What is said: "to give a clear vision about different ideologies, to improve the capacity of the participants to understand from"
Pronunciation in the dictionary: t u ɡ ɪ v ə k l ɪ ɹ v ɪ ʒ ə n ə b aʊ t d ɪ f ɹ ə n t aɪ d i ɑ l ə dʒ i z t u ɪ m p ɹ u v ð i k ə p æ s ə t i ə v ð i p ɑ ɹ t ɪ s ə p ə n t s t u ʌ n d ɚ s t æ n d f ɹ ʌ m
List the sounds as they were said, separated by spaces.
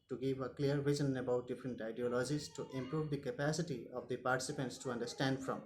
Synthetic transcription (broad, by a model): t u ɡ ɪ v ə k l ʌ ɹ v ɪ z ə n ə b aʊ t d ɪ f ɹ ə n t aɪ d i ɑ l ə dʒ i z t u ɪ m p ɹ u v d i k ə p æ s ə t i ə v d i p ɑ ɹ t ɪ s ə p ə n t s t u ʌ n d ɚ s t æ n d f ɹ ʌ m